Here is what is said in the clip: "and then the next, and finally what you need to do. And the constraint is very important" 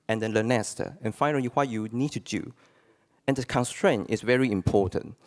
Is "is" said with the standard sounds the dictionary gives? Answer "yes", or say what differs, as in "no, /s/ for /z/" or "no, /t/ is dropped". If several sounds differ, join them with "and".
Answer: no, /s/ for /z/